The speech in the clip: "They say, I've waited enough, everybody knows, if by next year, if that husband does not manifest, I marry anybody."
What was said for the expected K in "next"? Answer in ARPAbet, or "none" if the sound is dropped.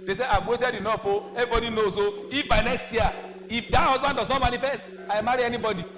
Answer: K